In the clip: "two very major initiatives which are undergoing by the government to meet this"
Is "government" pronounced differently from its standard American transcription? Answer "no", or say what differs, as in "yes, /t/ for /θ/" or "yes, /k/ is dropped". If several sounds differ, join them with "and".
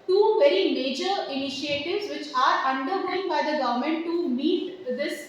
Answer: no